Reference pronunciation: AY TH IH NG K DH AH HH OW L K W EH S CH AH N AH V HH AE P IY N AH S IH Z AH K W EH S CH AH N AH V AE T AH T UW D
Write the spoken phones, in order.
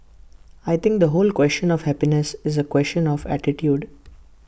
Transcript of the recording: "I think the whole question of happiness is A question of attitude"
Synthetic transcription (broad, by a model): AY T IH NG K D AH HH OW L K W EH S CH AH N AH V HH AE P IY N AH S IH Z AH K W EH S CH AH N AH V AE T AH T UW D